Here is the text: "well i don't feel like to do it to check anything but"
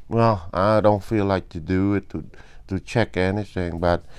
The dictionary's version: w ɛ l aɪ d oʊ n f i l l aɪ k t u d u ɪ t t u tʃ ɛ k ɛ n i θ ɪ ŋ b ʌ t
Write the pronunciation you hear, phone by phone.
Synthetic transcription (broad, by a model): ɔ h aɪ d oʊ n f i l l aɪ k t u d u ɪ t t u tʃ ɛ k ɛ n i s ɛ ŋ b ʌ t